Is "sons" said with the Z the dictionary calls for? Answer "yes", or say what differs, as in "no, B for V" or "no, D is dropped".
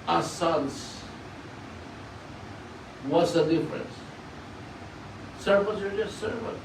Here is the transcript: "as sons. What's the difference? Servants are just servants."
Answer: no, S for Z